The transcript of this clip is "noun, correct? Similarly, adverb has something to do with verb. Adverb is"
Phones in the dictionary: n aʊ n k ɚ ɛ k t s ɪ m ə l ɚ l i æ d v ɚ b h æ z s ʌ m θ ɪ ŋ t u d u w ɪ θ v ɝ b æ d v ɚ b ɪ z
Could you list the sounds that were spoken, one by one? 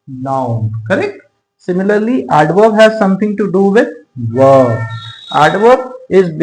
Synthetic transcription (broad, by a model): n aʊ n k ɚ ɛ k t s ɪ m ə l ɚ l i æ d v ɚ h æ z s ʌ m t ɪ ŋ t u d u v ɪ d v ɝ æ d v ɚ ɪ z